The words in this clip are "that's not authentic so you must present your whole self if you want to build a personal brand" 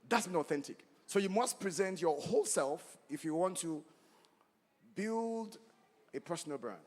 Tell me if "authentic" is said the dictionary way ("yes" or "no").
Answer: yes